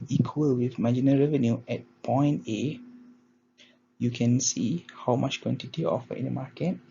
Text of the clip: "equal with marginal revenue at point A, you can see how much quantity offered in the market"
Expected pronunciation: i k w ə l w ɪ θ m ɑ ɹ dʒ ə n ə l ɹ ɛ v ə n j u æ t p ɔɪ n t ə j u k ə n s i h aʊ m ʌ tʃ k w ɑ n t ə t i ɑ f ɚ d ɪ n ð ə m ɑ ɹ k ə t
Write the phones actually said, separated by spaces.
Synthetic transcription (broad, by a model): i k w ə l w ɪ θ m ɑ dʒ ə n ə ɹ ɛ v ə n j u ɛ t p ɔɪ n t ə j u k ə n s i h aʊ m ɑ tʃ k w ɑ n t ə t i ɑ f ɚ ɪ n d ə m ɑ k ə t